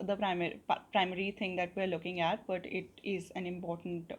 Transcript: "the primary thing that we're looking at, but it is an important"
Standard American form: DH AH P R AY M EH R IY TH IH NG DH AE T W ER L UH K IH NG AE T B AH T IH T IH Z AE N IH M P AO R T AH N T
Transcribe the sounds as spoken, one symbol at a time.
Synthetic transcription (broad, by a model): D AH P R AY M EH R IY T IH NG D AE T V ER L UH K IH NG AE T B AH T IH T IH Z AE N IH M P AO R T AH N T